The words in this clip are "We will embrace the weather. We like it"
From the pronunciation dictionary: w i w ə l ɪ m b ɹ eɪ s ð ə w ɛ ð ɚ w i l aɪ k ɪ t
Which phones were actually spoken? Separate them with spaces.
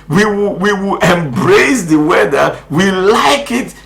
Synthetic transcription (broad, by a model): w i w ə w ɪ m b ɹ eɪ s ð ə w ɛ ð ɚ w i l aɪ k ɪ t